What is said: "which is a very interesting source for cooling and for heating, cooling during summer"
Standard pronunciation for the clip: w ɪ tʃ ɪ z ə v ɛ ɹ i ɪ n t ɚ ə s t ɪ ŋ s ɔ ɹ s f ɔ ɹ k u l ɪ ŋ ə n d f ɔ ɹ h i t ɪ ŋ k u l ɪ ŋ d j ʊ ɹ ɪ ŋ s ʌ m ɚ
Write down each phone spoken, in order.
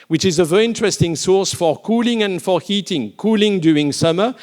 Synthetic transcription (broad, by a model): w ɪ tʃ ɪ z ə v ɛ ɹ i ɪ n t ɚ ə s t ɪ ŋ s ɔ ɹ s f ɔ ɹ k u l ɪ ŋ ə n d f ɔ ɹ h i t ɪ ŋ k u l ɪ ŋ d j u ɪ ŋ s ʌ m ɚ